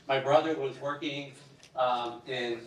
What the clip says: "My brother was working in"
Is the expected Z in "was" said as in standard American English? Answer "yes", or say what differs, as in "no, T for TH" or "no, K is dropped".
yes